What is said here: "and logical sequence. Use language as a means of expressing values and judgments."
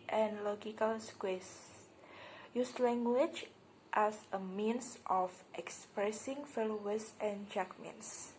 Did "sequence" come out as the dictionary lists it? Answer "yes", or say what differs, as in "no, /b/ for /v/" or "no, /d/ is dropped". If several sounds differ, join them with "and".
no, /n/ is dropped